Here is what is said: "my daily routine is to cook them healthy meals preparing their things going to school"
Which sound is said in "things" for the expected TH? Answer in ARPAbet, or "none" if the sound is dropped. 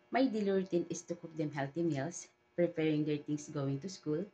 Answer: T